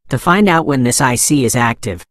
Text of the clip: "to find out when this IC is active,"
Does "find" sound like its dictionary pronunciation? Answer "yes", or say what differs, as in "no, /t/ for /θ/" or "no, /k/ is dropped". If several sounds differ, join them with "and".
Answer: yes